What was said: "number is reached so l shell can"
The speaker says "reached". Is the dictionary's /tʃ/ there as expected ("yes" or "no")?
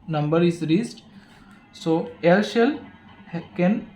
no